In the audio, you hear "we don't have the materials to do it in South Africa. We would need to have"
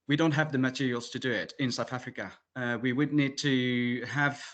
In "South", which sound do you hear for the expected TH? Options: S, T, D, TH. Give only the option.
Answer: TH